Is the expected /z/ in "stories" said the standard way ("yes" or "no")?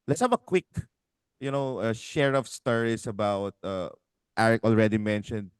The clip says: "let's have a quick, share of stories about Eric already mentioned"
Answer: no